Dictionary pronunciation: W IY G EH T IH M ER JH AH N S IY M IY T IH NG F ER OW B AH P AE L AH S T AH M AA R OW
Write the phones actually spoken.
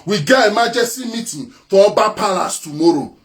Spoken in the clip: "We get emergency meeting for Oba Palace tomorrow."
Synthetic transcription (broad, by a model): W IY G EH IH M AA JH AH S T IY M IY T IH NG F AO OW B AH P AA L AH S T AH M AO R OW